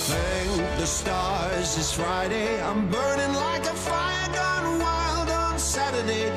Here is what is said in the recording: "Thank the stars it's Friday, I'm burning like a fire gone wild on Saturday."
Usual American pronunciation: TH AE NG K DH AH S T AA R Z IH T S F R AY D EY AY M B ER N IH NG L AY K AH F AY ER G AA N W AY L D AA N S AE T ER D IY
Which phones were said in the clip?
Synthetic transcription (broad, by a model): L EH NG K DH AH S T AA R Z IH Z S F R AY D EY AY M B ER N IH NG L AY K AH F AY ER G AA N W AY L D N S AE T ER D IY